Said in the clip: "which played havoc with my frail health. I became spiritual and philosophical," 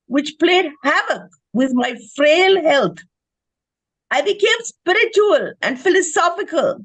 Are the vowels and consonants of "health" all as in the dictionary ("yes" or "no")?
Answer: no